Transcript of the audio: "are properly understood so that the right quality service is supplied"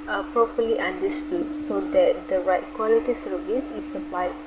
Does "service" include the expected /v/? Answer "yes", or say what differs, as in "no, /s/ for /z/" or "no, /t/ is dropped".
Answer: yes